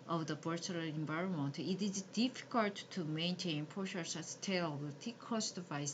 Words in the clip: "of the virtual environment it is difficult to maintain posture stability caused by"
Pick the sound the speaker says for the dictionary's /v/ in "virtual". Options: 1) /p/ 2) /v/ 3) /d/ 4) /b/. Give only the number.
4